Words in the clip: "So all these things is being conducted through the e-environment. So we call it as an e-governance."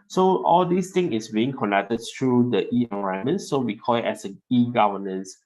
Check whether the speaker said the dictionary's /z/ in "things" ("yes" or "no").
no